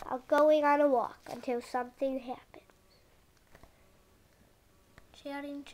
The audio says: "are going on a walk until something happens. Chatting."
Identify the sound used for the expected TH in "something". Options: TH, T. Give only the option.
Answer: TH